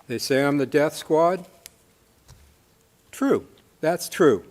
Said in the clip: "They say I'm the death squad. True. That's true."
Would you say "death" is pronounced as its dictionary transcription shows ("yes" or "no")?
yes